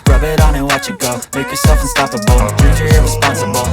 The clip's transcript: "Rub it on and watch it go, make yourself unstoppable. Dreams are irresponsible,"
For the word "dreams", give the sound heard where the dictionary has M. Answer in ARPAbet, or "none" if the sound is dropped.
none